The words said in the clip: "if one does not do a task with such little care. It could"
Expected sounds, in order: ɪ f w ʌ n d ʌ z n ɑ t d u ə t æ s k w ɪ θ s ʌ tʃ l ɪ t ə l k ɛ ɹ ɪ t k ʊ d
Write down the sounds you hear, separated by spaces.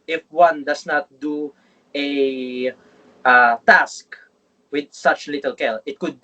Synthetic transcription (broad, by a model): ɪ f w ʌ n d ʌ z n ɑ t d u ə t æ s k w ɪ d s ʌ tʃ l ɪ t ə l k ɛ l ɪ t k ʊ d